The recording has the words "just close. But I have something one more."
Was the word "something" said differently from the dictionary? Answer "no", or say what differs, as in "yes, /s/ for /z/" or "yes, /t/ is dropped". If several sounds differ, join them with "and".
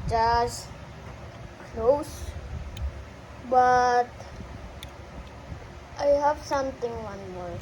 yes, /t/ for /θ/